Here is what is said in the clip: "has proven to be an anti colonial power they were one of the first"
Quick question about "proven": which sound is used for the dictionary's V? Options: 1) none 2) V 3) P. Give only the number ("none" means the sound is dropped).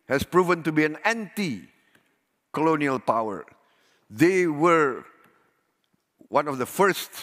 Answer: 2